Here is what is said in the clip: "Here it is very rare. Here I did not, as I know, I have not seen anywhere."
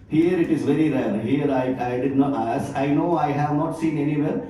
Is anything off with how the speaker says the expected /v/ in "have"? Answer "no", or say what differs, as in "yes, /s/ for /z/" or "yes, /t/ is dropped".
no